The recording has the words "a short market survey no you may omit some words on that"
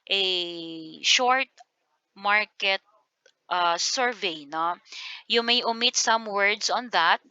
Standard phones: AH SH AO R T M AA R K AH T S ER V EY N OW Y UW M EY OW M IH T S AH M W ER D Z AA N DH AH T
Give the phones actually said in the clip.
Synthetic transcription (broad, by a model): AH SH AO R T M AA R K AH T S ER V EY N OW Y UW M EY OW M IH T S AH M W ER D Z AA N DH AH T